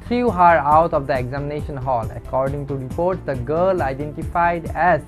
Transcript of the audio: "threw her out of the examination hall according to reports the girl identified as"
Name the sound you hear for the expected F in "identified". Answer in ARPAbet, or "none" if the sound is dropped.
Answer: F